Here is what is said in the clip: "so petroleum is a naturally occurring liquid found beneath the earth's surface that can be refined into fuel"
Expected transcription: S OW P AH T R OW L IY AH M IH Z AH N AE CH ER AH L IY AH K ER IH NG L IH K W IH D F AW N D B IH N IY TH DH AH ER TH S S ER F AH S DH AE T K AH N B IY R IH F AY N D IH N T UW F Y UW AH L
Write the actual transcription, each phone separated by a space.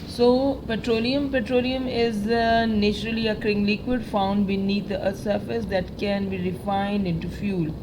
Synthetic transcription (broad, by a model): S OW P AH T R OW L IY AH M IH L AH N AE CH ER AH L IY AH K ER IH NG L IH K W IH D F AW N D B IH N IY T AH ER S S ER F AH S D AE T K AH N B IY R IH F AY N D IH N T UW F Y UW L